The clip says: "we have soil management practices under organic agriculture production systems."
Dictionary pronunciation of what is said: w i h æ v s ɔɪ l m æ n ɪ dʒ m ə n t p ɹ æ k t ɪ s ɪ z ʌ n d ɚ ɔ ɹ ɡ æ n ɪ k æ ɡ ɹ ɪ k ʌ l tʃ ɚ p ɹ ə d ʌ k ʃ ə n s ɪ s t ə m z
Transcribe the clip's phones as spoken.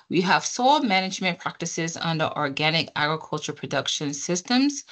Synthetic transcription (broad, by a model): w i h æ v s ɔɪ l m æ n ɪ dʒ m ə n p ɹ æ k t ɪ s ɪ z ʌ n d ɚ ɔ ɹ ɡ æ n ɪ k æ ɡ ɹ ɪ k ʌ l tʃ ɚ p ɹ ə d ʌ k ʃ ə n s ɪ s t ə m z